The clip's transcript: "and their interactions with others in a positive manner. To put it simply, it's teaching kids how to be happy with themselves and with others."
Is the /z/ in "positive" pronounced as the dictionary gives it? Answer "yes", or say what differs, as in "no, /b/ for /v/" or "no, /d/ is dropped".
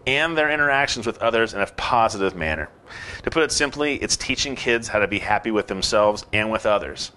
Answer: yes